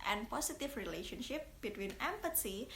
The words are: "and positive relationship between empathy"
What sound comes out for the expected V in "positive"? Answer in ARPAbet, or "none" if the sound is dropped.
F